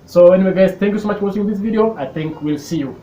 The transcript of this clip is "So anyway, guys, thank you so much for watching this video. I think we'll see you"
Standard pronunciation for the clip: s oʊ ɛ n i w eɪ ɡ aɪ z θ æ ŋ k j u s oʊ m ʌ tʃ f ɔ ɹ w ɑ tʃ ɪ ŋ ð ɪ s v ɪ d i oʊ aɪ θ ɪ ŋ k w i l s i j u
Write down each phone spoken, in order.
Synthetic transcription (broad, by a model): s oʊ ɛ n i w eɪ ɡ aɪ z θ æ ŋ k j u s oʊ m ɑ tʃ f ɔ ɹ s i ɪ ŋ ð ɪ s v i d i oʊ aɪ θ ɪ ŋ k w i l s i j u